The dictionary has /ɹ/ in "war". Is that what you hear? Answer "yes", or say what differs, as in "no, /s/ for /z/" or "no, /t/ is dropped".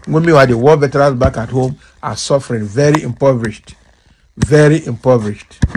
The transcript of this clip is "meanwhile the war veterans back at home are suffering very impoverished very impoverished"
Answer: no, /l/ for /ɹ/